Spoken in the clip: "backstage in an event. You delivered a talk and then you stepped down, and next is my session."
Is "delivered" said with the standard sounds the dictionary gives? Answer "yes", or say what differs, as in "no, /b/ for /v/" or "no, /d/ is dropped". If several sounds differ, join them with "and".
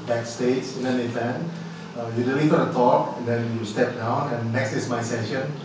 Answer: no, /f/ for /v/